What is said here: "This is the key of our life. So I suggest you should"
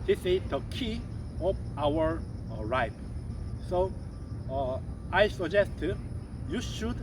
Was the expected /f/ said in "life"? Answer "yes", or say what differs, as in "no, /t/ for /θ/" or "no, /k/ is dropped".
no, /p/ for /f/